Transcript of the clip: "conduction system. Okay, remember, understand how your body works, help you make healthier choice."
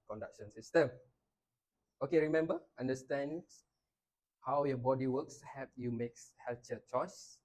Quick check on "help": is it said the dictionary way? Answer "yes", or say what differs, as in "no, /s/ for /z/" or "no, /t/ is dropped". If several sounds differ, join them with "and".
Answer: no, /l/ is dropped